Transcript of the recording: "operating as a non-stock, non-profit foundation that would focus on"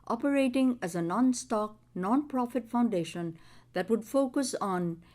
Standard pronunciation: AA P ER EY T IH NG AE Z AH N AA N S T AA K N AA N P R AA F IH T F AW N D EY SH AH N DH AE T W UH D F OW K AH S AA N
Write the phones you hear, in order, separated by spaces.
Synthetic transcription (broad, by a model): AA P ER EY T IH NG AE Z AH N AA N S T AA K N AA N P R AA F IH T F AW N D EY SH AH N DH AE T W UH D F OW K AH S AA N